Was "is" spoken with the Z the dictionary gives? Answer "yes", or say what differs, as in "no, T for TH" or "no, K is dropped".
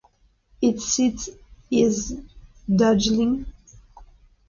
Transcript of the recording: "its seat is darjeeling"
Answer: yes